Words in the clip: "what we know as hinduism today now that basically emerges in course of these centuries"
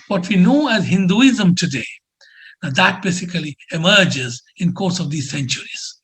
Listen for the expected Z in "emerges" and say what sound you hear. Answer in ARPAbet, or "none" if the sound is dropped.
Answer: Z